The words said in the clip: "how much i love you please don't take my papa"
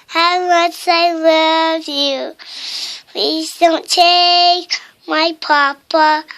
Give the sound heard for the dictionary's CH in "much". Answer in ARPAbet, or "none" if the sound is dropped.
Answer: S